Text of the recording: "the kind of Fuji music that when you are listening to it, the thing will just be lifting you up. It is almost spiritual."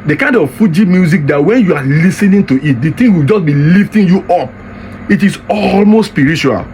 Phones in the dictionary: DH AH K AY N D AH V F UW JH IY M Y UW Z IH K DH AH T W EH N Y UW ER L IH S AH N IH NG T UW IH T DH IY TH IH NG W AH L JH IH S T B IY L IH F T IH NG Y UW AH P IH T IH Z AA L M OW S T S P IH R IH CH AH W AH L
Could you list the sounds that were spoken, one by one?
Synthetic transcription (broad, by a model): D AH K AY N D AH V F UW JH IY M Y UW Z IH K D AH T W EH N Y UW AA L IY S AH N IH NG T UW IH T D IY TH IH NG W AH L JH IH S B IY L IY F T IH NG Y UW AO P IH T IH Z AA L M OW S T S P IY R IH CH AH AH L